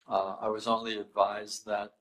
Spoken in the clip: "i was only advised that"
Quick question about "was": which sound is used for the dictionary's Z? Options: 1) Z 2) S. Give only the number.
1